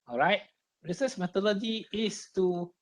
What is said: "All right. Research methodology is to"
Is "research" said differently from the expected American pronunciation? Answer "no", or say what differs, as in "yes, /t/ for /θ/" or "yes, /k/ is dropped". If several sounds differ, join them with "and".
yes, /s/ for /tʃ/